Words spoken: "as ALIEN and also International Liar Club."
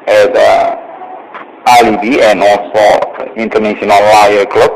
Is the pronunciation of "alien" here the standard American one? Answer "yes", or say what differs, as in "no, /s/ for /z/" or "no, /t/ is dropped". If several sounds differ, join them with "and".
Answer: no, /n/ is dropped